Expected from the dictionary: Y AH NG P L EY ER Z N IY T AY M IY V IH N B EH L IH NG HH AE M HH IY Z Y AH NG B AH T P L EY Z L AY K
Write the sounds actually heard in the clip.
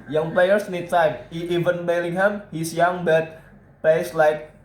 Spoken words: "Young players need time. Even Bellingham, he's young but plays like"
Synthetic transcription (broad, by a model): Y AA NG P L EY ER S N IY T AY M IY V IH N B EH L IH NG HH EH M HH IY S Y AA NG B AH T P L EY S L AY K